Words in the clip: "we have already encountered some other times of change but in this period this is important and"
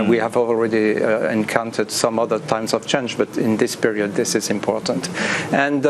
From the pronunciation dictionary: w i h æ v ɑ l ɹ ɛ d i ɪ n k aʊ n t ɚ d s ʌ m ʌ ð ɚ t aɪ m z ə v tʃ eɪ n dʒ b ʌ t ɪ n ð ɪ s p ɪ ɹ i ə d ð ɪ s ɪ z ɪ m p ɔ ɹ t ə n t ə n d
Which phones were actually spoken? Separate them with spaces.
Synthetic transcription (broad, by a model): w i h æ v ɑ l ɹ ɛ d i ɪ n k aʊ n t ɚ d s ʌ m ʌ ð ɚ t aɪ m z ə v tʃ eɪ n dʒ b ʌ t ɪ n ð ɪ s p ɪ ɹ i ə d ð ɪ s ɪ z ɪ m p ɔ ɹ t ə n t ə n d